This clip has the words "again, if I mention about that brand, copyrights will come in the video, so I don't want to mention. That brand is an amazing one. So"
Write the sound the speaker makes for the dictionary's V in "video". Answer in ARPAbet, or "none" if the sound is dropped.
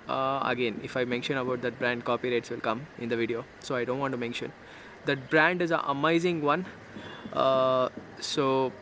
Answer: V